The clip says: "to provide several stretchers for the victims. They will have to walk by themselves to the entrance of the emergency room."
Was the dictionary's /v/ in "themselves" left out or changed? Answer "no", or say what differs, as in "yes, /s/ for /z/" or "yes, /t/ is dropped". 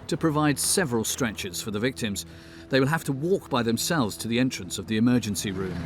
no